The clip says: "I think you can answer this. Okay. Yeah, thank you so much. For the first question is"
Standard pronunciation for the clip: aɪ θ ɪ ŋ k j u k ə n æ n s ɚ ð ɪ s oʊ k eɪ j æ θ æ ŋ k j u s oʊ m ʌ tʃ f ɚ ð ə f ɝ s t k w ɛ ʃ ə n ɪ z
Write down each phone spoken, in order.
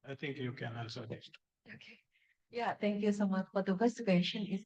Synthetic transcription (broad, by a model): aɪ t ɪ ŋ k j u k ə n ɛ l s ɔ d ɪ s oʊ k eɪ j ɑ t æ ŋ k j u s oʊ m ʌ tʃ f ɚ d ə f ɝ s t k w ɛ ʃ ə n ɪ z